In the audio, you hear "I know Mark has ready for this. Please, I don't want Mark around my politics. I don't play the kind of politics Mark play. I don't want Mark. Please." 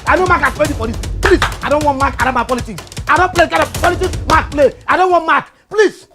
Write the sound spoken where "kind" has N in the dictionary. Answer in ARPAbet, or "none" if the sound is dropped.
none